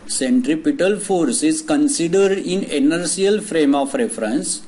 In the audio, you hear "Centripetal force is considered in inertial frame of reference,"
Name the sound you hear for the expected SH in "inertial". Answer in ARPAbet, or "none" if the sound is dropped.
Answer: S